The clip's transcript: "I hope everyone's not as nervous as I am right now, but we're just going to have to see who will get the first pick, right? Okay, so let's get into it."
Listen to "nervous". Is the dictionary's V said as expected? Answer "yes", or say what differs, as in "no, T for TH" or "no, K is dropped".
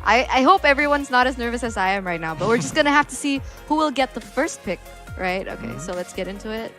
yes